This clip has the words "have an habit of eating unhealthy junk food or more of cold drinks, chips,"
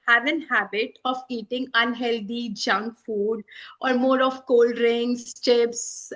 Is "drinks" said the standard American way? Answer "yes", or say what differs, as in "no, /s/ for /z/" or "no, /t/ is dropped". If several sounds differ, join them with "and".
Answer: no, /k/ is dropped